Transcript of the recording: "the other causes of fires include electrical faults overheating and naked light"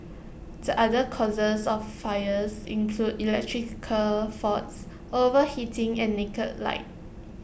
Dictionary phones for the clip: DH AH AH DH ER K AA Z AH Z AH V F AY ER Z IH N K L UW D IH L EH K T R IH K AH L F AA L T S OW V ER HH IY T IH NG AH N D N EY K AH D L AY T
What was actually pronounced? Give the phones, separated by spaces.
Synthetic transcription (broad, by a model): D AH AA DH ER K AA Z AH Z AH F AY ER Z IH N K L UW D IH L EH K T R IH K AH F AA T S OW V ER HH IY T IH NG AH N N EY K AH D L AY T